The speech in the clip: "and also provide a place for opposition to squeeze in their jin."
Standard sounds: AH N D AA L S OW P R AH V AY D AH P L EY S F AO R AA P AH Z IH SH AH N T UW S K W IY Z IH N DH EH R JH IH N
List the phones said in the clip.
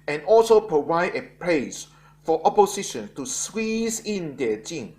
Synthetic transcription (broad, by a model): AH N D AA L S OW P R AH V AY D AH P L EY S F AO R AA P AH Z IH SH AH N T UW S W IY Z IH N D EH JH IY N